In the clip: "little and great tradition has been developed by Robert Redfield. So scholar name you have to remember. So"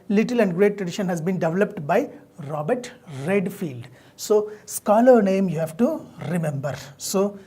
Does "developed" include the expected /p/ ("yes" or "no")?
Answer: yes